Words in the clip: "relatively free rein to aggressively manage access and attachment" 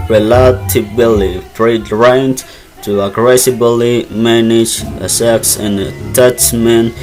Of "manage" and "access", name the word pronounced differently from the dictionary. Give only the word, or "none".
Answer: access